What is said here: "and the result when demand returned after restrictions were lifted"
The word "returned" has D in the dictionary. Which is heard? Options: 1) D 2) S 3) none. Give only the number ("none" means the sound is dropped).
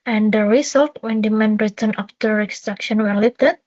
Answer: 3